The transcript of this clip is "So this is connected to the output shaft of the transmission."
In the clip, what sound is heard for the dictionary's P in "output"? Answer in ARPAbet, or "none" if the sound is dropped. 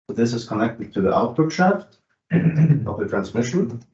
B